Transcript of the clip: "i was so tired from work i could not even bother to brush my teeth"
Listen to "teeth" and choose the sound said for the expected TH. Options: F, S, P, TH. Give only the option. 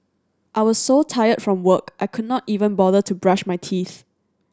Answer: TH